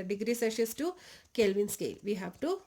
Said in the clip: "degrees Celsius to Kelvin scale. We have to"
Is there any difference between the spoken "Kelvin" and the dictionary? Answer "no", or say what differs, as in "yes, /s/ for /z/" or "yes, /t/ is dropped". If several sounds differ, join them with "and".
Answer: no